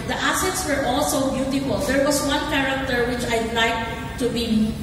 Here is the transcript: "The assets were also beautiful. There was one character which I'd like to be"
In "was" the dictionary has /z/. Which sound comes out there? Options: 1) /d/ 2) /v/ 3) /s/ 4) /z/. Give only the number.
3